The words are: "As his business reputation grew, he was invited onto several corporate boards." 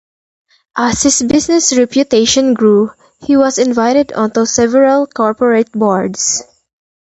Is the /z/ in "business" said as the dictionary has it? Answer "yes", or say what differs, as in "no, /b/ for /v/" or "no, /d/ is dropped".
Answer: no, /s/ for /z/